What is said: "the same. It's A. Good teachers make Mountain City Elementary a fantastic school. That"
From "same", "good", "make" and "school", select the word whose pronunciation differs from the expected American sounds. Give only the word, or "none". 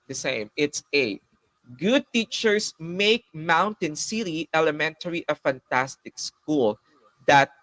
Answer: none